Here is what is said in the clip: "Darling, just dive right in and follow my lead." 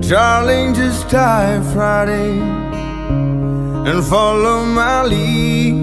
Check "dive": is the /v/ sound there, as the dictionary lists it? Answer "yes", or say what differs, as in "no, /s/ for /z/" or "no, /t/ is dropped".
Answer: no, /f/ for /v/